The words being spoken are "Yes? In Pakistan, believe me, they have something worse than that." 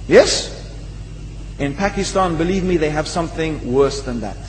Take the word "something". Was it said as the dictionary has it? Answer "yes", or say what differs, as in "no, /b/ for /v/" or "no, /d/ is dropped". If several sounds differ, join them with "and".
yes